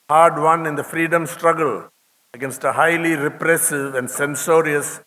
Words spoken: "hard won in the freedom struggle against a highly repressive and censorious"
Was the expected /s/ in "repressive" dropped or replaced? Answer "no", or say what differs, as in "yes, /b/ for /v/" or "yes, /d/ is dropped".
no